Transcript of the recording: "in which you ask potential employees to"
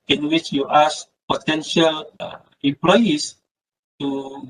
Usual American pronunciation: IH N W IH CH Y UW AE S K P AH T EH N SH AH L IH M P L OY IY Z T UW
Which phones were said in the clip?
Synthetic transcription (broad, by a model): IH N W IH CH Y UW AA S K P AH T EH N SH AH L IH M P L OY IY S T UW